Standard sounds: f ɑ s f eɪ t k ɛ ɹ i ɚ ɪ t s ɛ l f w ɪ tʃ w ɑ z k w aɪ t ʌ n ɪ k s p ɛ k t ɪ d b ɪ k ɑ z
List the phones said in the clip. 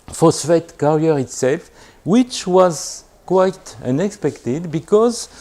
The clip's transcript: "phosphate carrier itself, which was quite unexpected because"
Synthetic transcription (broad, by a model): f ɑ s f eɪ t k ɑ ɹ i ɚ ɪ t s ɛ l f w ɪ tʃ w ɑ z k w aɪ t ʌ n ɪ k s p ɛ k t ɪ d b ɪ k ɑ z